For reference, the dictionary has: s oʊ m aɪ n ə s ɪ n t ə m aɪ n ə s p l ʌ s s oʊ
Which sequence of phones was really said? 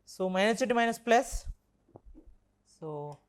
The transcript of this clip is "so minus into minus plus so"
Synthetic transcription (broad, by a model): s oʊ m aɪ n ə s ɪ t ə m aɪ n ə s p l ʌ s s oʊ